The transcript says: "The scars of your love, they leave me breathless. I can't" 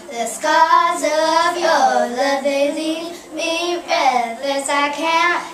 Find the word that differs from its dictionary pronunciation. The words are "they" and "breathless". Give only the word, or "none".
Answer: breathless